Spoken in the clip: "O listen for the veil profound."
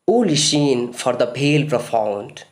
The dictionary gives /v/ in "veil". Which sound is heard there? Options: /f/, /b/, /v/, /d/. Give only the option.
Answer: /b/